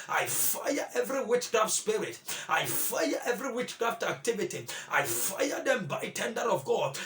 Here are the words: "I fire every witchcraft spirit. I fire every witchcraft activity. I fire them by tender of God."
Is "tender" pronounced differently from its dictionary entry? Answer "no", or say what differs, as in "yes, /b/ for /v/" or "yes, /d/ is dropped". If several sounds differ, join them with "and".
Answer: no